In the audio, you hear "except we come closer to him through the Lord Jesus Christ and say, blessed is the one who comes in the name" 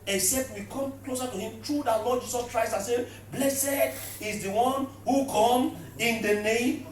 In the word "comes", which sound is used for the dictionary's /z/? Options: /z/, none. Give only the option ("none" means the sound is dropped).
none